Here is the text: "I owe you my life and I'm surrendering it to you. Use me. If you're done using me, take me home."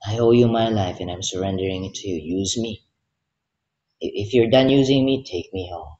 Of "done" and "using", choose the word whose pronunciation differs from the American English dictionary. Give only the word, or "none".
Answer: none